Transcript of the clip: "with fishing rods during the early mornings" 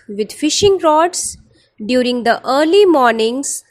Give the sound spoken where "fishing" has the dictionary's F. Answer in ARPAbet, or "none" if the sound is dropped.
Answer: F